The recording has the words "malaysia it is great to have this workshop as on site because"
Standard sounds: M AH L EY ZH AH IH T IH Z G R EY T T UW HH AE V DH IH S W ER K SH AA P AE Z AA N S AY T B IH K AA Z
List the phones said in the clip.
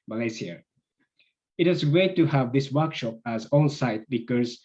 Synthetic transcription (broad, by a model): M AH L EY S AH IH T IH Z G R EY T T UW HH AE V DH IH S W ER K SH AA P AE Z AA L S AY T B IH K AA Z